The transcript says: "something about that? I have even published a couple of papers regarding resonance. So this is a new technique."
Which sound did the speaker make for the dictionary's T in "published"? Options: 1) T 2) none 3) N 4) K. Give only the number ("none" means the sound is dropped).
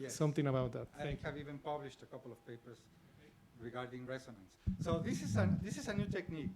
1